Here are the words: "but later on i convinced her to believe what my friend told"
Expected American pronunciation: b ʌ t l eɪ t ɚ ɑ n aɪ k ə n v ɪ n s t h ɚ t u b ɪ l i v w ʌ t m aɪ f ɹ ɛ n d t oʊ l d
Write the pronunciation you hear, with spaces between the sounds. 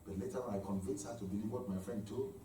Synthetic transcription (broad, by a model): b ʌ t l eɪ t ɚ ɑ n aɪ k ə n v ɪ n s h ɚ t u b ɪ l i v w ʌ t m aɪ f ɹ ɛ n d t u